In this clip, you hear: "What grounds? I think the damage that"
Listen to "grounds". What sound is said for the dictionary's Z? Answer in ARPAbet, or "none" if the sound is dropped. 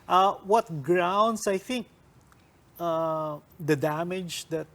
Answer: S